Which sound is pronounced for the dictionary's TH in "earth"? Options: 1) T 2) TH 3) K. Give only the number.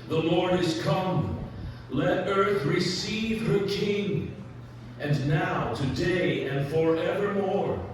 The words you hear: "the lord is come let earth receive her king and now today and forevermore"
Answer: 2